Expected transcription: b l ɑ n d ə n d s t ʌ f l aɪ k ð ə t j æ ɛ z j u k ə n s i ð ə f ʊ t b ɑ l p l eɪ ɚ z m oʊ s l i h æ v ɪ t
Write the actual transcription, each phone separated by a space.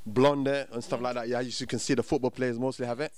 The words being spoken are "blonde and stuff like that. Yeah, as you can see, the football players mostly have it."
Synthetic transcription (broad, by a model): b l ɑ n d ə n s t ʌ f l aɪ k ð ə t j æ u s j u k ə n s i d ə f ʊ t b ɑ l p l eɪ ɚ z m oʊ s l i h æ v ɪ t